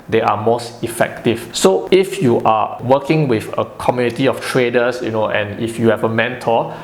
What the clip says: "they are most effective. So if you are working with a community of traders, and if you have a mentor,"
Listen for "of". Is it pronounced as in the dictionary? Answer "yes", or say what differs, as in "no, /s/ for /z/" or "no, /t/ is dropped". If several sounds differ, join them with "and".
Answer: no, /f/ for /v/